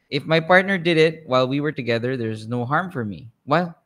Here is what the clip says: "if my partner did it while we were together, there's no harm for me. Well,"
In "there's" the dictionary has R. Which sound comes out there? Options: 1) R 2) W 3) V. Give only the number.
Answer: 1